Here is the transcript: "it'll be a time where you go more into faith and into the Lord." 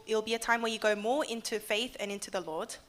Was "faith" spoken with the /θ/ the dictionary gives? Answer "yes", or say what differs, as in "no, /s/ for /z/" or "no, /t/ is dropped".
yes